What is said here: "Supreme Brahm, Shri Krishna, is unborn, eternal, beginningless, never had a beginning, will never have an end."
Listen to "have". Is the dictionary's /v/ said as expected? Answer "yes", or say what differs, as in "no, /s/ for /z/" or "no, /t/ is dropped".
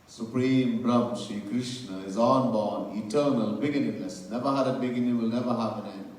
no, /p/ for /v/